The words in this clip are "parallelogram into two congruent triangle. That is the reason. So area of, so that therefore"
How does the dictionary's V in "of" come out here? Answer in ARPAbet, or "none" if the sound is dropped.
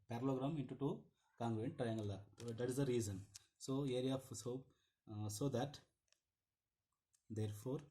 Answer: P